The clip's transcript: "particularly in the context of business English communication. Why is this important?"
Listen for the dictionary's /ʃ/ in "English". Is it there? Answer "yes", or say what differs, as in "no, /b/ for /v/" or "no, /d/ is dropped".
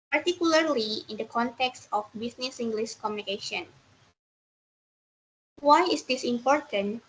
no, /s/ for /ʃ/